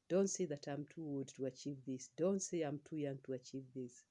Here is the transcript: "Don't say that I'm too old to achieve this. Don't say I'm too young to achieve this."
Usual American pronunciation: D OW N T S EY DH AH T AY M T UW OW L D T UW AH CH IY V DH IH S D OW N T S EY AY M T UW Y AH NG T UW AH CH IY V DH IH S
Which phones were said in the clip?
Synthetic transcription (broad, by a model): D OW N T S EY DH AH T AY M T UW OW D T UW AH CH IY V DH IH S D OW N T S EY AY M T UW Y AH NG T UW AH CH IY V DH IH S